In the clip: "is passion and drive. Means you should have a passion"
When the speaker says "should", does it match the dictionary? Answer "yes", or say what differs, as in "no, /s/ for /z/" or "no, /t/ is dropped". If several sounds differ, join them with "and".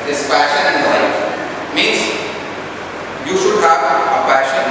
yes